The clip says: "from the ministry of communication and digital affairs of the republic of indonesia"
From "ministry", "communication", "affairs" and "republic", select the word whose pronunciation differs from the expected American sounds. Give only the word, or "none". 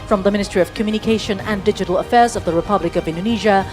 none